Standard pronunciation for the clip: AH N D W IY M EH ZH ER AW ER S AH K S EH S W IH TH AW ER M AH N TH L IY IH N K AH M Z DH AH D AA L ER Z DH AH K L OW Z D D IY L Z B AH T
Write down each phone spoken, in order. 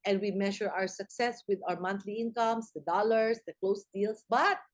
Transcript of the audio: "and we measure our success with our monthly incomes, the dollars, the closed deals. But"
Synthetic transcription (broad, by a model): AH N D W IY M EH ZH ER AW ER S AH K S EH S W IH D AW ER M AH N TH L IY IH N K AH M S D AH D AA L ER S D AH K L OW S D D IY L S B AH T